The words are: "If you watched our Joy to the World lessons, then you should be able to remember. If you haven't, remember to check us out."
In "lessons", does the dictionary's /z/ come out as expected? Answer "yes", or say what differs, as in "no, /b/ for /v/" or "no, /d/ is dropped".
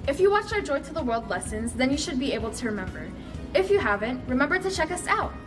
yes